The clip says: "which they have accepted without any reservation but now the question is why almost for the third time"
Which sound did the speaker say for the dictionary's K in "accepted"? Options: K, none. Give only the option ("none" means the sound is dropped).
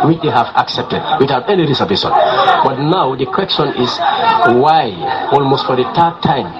K